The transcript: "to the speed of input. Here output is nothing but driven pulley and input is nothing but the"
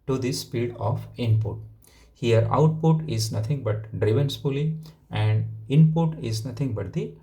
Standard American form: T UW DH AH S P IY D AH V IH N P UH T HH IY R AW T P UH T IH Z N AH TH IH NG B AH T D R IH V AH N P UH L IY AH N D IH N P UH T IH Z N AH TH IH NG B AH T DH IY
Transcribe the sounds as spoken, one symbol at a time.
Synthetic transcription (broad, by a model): T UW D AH S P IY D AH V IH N P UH T HH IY R AW T P UH T IH Z N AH T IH NG B AH T D R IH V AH N F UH L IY AH N D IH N P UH T IH Z N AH T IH NG B AH T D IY